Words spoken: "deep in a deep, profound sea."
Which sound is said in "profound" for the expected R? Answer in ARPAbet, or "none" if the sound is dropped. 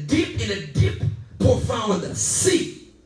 none